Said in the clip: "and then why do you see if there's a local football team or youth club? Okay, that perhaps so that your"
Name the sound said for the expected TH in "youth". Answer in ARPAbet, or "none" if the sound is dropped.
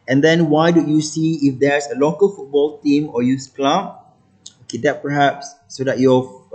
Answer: S